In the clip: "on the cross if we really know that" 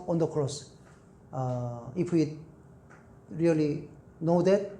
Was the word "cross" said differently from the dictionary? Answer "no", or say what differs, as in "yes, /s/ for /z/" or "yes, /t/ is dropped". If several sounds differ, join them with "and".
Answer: no